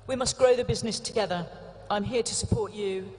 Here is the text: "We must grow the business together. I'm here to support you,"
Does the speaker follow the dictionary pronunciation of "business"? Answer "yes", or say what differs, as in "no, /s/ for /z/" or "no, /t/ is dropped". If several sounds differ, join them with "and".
yes